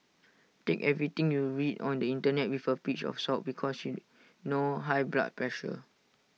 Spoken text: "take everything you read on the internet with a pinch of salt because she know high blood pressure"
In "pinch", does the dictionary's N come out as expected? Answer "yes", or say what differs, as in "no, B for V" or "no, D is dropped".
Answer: no, N is dropped